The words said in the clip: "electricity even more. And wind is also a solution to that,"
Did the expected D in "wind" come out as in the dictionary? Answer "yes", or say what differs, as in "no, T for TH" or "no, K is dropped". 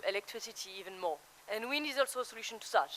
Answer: no, D is dropped